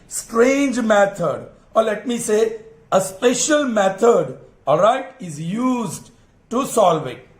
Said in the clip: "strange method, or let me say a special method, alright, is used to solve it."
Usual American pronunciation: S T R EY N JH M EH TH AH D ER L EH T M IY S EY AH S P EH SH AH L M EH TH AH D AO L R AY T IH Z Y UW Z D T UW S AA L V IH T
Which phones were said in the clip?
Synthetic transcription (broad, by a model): S T R EY N JH M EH T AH D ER L EH T M IY S EY AH S P EH SH AH L M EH T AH D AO R AY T IH Z Y UW Z D T UW S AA L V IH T